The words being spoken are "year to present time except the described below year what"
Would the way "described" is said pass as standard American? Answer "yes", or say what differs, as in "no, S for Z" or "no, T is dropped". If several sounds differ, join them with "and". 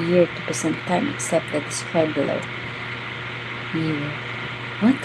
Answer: no, B is dropped